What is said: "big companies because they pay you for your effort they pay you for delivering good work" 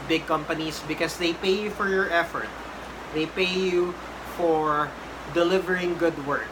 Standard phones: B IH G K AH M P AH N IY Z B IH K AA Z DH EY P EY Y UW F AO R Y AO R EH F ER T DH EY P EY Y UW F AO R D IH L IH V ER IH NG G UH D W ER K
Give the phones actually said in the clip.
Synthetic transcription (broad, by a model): B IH G K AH M P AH N IY S B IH K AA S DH EY P EY Y UW F AO R Y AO R EH F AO T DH EY P EY Y UW F AO R D IH L IH V ER IH NG G UH D W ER K